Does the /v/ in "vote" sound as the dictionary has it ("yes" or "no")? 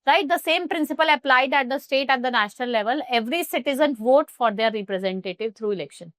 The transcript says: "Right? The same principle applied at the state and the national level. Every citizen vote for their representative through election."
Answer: yes